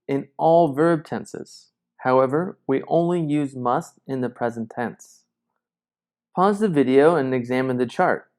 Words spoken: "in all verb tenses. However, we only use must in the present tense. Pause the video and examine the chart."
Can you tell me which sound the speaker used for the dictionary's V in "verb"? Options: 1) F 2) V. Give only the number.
2